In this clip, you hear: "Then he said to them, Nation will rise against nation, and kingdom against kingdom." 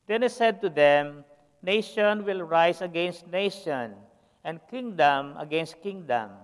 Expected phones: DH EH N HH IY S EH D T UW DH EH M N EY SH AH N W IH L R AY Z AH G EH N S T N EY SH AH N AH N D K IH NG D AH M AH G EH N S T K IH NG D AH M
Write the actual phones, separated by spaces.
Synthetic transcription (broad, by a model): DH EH N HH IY S EH D T UW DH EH M N EY SH AH N W IH L R AY S AH G EH N S T N EY SH AH N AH N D K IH NG D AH M AH G EH N S T K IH NG D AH M